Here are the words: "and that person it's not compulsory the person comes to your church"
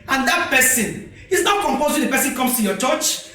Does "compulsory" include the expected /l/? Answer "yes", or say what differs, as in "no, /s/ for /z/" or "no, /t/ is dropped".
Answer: no, /l/ is dropped